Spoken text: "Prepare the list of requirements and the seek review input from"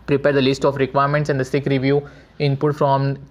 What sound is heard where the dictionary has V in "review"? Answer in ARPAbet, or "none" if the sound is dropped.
V